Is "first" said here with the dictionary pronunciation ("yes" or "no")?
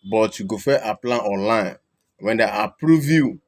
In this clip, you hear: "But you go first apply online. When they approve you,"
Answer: no